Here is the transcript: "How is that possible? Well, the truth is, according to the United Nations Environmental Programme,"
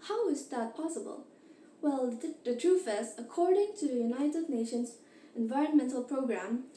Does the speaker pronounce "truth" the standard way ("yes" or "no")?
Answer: no